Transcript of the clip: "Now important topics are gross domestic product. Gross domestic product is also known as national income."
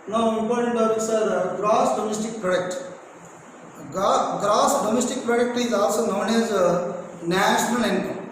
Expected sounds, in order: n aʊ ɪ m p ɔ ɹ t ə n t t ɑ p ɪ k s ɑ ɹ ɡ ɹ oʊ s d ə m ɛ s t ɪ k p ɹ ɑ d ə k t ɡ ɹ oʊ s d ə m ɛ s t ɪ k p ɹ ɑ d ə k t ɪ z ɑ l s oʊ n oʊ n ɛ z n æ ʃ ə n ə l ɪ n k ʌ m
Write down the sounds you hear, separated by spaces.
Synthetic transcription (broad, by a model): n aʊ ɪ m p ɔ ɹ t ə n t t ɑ b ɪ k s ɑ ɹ ɡ ɹ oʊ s d ə m ɛ s t ɪ k p ɹ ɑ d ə k t ɡ ɹ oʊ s d ə m ɛ s t ɪ k p ɹ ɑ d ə k t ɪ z ɑ l s oʊ n oʊ n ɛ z n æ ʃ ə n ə l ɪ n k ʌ